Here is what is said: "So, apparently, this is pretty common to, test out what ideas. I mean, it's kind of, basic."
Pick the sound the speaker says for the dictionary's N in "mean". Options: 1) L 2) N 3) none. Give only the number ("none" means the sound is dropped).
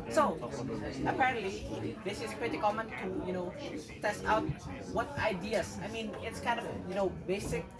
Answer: 2